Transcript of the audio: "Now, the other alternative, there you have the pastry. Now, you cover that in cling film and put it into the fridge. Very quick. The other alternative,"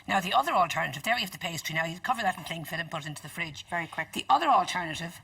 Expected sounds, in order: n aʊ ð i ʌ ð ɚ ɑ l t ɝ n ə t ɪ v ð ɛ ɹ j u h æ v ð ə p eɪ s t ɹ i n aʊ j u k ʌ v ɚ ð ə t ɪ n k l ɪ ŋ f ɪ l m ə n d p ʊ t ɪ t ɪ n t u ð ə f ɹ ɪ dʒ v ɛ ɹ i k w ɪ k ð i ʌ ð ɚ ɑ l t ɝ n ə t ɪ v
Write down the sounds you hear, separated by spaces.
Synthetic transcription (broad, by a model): n aʊ ð i ʌ ð ɚ ɑ l t ɝ n ə t ɪ v ð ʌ ɹ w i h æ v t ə p eɪ s t ɹ i n aʊ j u k ʌ v ɚ ð ə t n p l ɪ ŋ f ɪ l ə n p ʊ t ɪ t ɪ n t u ð ə f ɹ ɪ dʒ v ɛ ɹ i k w ɪ k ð i ʌ ð ɚ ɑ l t ɝ n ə t ɪ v